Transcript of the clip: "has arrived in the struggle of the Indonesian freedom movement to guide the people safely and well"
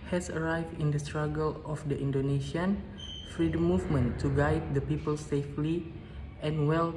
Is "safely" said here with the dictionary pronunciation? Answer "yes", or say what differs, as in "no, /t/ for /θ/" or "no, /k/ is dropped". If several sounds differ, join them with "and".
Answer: yes